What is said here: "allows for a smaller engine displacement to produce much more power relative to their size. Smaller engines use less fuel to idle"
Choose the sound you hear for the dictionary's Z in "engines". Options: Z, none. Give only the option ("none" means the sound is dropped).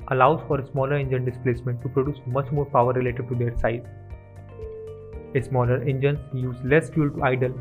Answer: none